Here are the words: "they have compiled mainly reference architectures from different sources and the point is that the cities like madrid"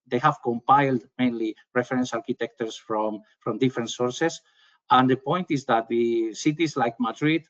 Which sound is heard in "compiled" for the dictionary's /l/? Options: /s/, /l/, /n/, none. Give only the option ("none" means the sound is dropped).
/l/